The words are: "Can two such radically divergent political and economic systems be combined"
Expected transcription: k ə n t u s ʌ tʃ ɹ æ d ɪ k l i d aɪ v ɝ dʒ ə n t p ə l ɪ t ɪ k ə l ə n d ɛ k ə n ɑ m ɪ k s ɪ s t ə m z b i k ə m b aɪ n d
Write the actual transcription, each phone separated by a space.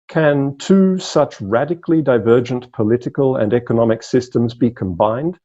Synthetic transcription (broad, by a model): k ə n t u s ʌ tʃ ɹ æ d ɪ k l i d aɪ v ɝ dʒ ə n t p ə l ɪ t ɪ k ə l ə n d ɛ k ə n ɑ m ɪ k s ɪ s t ə m z b i k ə m b aɪ n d